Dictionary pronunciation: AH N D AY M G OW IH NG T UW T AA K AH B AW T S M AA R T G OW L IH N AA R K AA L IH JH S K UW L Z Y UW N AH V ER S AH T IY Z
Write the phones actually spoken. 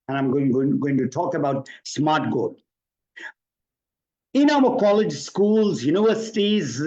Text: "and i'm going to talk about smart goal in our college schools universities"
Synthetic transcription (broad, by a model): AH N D AY M G OW IH NG T UW T AA K AH B AW T S M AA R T G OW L IH N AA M K AA L IH JH S K UW L Z Y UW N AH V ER S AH T IY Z